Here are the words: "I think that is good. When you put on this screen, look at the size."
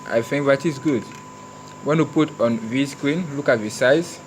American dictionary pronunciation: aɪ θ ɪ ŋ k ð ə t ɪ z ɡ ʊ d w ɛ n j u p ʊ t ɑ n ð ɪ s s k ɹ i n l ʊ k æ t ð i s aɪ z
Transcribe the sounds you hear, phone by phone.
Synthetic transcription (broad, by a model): aɪ f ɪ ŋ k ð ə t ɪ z ɡ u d w ɛ n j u p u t ɑ n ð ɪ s s k ɹ i n l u k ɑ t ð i s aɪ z